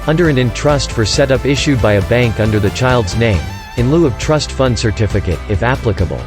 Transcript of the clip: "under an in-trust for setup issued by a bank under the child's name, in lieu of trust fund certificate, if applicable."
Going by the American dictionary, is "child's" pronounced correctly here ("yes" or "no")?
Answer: yes